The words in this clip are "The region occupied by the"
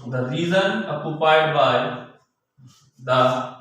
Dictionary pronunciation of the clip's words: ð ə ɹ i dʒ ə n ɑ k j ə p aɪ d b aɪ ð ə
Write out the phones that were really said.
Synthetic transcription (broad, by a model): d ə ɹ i z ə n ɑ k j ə p aɪ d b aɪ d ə